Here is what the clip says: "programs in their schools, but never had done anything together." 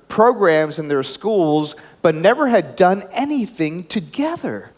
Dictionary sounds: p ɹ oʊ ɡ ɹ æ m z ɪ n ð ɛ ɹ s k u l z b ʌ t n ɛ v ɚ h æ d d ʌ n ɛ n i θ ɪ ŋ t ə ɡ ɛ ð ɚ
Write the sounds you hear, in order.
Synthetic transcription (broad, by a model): p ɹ oʊ ɡ ɹ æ m z ɪ n ð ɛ ɹ s k u l z b ʌ t n ɛ v ɚ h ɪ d d ʌ n ɛ n i θ ɪ ŋ t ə ɡ ɛ ð ɚ